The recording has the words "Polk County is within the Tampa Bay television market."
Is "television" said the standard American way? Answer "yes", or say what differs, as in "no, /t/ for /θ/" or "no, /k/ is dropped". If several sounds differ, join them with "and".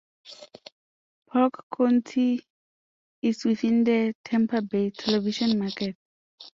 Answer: no, /ʃ/ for /ʒ/